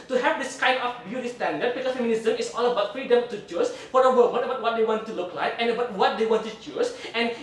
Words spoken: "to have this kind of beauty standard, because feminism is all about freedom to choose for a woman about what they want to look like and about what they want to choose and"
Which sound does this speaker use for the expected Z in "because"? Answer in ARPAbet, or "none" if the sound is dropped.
none